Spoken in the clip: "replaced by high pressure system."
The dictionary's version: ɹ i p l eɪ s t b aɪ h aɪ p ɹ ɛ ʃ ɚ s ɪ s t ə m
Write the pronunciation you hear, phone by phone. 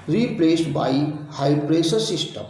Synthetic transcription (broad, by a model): ɹ i p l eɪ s t b aɪ h aɪ p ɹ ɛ s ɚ s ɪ s t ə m